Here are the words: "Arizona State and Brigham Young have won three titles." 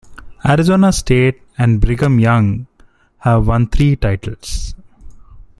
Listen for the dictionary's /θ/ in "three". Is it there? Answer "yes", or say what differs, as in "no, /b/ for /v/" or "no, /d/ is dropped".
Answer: no, /t/ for /θ/